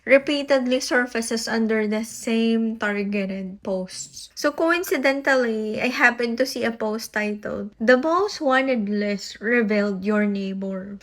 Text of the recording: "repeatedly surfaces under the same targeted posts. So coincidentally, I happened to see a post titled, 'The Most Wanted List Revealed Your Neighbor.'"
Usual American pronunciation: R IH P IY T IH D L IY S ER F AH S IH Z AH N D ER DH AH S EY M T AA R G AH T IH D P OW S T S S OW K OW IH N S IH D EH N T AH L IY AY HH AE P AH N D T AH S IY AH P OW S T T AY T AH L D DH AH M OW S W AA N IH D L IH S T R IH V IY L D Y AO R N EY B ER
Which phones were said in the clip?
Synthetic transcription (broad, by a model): R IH P IY T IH D L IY S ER F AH S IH S AH N D ER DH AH S EY M T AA R G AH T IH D P OW S T S S OW K OW IH N S IH D EH N T AH L IY AY HH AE P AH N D T AH S IY AH P OW S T T AY T AH L D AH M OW S W AA N IH D L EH S R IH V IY L D Y AO R N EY B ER